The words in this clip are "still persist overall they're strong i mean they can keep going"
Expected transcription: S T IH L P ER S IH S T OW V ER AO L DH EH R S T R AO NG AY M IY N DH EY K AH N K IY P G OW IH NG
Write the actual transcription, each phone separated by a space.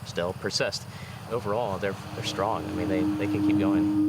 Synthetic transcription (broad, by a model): S T IH L P ER S IH S T OW V ER AO L DH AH R S T R AO NG AY M IY N DH EY K AH N K IY P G OW IH NG